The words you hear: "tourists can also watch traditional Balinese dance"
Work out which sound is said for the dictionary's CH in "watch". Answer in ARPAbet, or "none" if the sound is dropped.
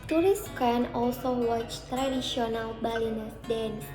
CH